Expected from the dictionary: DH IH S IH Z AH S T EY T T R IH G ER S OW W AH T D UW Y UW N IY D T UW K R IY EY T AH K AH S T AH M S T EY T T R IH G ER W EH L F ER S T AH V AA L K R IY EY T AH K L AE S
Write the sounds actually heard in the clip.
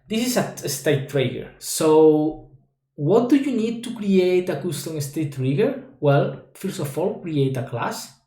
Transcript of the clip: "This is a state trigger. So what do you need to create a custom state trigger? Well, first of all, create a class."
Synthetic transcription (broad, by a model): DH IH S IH S AH S T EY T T R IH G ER S OW W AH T D UW Y UW N IY D T UW K R IY EY T AH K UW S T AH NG S T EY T T R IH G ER W EH L F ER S AH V AA L K R IY EY T AH K L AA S